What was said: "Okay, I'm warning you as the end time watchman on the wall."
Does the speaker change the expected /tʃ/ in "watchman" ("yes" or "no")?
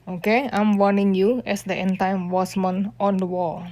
yes